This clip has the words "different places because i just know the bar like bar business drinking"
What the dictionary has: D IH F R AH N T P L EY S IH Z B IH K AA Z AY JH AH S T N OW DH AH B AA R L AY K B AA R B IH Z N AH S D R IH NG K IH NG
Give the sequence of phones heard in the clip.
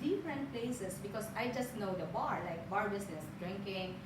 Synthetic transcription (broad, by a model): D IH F R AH N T P L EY S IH S B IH K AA S AY JH AH S T N OW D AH B AA R L AY K B AA R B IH S N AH S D R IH NG K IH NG